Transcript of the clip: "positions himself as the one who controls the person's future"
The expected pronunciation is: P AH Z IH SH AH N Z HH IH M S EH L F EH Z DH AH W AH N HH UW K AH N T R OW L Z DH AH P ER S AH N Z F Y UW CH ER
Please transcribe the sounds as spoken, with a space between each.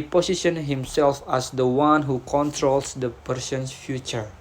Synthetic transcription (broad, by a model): P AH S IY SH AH N HH IH M S EH L F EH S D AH W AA N HH UW K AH N T R OW L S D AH P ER S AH N S F Y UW CH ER